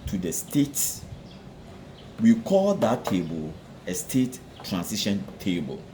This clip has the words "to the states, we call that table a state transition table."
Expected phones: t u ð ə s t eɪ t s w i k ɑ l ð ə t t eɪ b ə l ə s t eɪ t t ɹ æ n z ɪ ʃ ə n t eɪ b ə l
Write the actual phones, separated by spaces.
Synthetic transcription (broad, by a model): t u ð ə s t eɪ t s w i k ɑ l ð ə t t eɪ b ə l ə s t eɪ t t ɹ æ n s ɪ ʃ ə n t eɪ b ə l